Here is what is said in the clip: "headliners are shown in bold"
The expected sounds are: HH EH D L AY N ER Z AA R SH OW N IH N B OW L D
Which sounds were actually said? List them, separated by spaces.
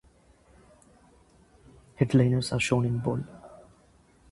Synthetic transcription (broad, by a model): HH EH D L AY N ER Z AA R SH OW N IH N B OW L